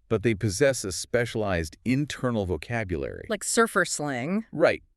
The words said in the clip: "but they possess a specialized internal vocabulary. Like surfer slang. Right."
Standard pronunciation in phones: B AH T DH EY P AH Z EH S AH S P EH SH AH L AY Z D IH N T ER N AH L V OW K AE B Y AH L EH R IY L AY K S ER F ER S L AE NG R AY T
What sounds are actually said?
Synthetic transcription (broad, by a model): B AH T DH EY P AH Z EH S AH S P EH SH AH L AY Z D IH N T ER N L V OW K AE B Y AH L EH R IY L AY K S ER F ER S L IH NG R AY T